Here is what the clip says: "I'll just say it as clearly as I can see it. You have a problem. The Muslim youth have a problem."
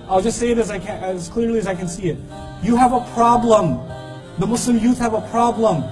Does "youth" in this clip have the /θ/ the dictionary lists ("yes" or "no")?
yes